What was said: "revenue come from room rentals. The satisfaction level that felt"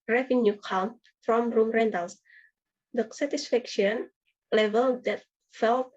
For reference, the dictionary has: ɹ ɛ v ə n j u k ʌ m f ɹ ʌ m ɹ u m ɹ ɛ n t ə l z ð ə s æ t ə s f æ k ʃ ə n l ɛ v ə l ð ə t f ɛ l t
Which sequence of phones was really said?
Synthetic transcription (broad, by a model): ɹ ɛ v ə n j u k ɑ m f ɹ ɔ m ɹ u m ɹ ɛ n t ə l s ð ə s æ t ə s f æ k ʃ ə n l ɛ v ə l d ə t f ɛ l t